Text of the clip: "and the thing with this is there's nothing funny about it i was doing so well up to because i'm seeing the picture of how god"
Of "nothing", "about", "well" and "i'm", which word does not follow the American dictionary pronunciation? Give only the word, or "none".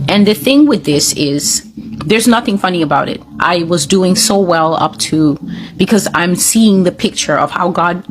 none